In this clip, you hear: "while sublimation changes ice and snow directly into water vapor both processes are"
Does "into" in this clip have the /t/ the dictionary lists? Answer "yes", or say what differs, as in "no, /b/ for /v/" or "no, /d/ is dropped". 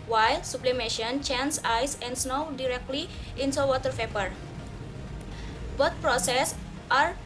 no, /s/ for /t/